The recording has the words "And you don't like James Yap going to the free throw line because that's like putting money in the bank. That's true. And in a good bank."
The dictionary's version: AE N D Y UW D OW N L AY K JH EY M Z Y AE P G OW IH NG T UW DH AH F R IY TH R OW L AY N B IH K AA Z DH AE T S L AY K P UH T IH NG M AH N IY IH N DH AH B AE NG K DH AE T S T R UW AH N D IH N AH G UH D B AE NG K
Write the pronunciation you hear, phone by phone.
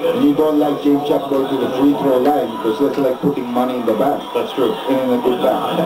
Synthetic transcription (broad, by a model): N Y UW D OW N L AY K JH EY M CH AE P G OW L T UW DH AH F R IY T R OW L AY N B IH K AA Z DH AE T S L AY K P UH T IH NG M AH N IY IH N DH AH B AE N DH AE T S T R UW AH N IH N AH G UH D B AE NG